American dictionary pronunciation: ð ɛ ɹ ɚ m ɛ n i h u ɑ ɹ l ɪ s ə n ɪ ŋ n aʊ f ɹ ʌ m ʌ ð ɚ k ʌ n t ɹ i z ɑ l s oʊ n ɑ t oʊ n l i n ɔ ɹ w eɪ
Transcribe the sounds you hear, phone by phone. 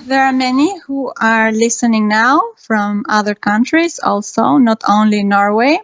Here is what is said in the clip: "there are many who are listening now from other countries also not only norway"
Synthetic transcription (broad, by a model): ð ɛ ɹ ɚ m ɛ n i h u ɑ ɹ l ɪ s ə n ɪ ŋ n aʊ f ɹ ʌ m ʌ ð ɚ k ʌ n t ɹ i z ɑ l s oʊ n ɑ t oʊ n l i n ɔ ɹ w eɪ